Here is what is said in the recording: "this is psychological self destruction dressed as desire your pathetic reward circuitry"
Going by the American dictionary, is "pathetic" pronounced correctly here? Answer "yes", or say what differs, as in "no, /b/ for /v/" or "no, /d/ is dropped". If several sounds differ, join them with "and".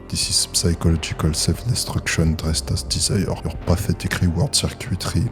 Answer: no, /f/ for /θ/